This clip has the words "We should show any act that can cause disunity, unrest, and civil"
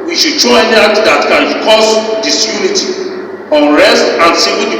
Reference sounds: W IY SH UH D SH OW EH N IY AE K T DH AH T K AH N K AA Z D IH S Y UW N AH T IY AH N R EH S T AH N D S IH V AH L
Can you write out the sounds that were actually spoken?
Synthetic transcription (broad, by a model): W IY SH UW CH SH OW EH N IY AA T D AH T K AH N K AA S D IH S Y UW N AH T IY AH N R EH S T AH N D S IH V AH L